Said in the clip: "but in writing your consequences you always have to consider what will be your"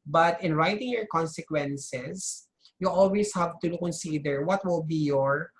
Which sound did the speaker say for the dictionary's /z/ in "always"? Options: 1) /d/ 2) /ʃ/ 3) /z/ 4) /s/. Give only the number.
4